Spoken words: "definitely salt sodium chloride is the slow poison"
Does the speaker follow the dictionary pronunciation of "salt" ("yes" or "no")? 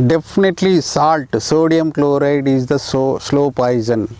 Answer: yes